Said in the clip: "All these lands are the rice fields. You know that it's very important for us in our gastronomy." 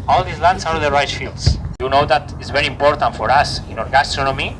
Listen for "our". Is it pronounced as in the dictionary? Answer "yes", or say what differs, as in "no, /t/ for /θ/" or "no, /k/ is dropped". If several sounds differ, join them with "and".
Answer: yes